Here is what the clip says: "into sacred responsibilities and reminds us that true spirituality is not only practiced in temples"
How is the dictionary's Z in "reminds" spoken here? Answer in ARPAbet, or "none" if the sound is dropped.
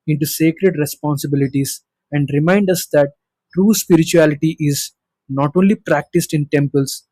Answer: none